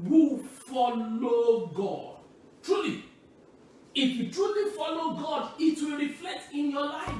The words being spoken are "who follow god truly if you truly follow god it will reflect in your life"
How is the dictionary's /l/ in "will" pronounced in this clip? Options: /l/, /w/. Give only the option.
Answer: /l/